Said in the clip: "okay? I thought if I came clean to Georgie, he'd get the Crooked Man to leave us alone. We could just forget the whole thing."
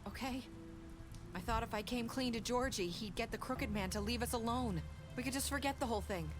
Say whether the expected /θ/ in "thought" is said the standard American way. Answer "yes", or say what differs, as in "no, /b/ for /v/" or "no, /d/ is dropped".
yes